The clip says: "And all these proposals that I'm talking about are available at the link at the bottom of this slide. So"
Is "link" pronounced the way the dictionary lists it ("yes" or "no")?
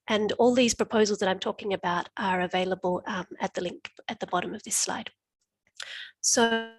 yes